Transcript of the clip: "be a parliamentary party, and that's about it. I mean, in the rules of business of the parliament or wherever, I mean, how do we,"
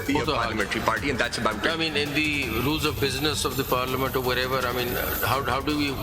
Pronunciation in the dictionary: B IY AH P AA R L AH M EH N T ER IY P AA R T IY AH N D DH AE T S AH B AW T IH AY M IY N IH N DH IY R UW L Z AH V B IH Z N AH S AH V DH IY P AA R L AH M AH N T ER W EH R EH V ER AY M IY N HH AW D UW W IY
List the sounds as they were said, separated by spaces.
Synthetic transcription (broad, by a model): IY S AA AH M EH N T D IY P AA R T IY AH N D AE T S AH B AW IH AY M IY N IH N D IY R UW L Z AH V B IH Z N AH S AH V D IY P AA R L AH M AH N T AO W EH R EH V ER AY M IY N HH AW D UW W IY